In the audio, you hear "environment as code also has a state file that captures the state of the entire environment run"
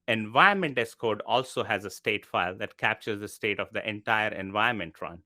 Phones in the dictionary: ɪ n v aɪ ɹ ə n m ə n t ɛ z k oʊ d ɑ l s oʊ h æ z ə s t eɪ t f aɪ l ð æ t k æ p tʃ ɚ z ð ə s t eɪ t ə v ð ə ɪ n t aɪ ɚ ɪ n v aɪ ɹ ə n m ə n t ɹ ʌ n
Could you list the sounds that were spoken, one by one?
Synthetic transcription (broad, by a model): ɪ n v aɪ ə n m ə n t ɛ s k oʊ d ɑ l s oʊ h æ z ə s t eɪ t f aɪ l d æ t k æ p tʃ ɚ z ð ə s t eɪ t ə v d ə ɪ n t aɪ ɚ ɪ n v aɪ ə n m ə n t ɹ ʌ n